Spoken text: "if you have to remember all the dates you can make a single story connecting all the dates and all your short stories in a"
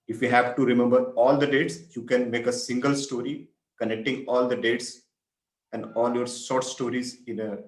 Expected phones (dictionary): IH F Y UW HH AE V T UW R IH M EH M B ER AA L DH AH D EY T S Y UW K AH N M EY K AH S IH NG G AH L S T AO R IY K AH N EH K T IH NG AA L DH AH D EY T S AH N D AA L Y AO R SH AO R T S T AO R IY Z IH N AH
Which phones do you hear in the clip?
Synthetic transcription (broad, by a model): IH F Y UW HH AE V T UW R IH M EH M B ER AA L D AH D EY T S Y UW K AH N M EY K AH S IH NG G AH L S T AO R IY K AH N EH K T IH NG AA L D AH D EY T S AH N D AA L Y AO R S AO R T S T AO R IY Z IH N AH